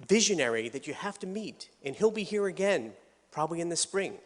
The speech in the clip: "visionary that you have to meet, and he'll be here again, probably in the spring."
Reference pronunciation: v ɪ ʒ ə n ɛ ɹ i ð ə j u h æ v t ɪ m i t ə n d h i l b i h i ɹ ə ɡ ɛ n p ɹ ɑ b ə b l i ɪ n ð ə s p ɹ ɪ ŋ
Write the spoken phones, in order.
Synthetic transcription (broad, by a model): v ɪ ʒ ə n ɛ ɹ i ð ə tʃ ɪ h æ f t ɪ m i t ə n h i l b i h i ɹ ə ɡ ɛ n p ɹ ɑ b ə b l i ɪ n ð ə s p ɹ ɪ ŋ